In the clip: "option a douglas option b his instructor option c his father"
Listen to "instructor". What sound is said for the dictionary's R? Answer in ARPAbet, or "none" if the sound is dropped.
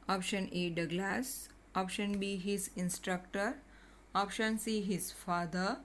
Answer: R